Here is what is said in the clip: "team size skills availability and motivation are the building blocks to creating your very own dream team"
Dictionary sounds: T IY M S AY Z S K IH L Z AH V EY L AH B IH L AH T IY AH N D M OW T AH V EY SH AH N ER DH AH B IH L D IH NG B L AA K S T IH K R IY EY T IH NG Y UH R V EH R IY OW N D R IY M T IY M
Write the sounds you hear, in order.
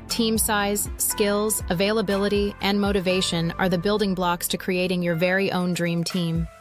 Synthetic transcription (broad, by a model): T IY M S AY Z S K IH L Z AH V EY L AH B IH L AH T IY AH N M OW T AH V EY SH AH N ER DH AH B IH L D IH NG B L AA K S T IH K R IY EY T IH NG Y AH R V EH R IY OW N D R IY M T IY M